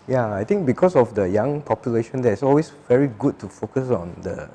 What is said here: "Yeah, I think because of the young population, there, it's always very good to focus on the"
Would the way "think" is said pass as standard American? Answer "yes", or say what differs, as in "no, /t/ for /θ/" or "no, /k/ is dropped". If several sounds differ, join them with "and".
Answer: no, /t/ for /θ/